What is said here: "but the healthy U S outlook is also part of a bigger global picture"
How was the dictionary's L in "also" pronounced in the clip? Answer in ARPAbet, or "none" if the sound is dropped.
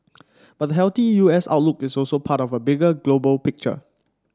L